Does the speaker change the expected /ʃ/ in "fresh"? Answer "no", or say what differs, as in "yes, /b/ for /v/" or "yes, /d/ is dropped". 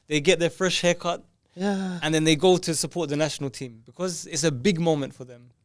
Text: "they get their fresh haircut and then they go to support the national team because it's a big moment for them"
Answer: no